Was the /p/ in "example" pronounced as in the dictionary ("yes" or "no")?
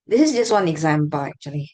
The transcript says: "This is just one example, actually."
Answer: no